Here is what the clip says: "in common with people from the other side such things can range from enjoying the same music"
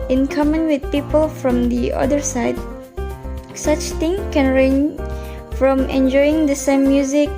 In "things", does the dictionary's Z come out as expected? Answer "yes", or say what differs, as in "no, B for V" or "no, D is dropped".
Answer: no, Z is dropped